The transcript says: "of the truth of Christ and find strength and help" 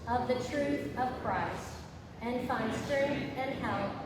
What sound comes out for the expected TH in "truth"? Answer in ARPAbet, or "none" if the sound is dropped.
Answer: TH